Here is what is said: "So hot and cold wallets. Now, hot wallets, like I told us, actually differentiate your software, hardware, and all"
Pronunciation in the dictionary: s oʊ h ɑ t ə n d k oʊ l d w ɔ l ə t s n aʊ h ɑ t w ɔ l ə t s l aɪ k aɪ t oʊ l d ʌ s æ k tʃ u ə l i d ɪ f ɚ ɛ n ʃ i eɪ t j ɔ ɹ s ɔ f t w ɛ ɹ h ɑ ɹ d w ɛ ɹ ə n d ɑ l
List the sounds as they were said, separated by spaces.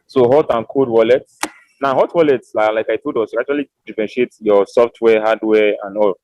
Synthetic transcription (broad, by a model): s oʊ h ɑ t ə n k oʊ d w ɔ l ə t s n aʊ h ɑ t w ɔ l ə t s l aɪ k aɪ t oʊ d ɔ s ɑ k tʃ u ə l i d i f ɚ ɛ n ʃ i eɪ t j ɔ s ɔ f t w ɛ h ɑ d w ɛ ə n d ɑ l